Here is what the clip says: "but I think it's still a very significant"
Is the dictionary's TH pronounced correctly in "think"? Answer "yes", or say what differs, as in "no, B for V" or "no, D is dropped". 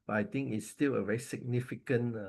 no, T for TH